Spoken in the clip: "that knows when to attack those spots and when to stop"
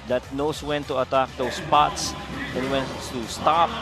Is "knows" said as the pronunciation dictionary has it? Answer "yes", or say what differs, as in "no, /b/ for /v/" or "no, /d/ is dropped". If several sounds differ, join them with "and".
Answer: no, /s/ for /z/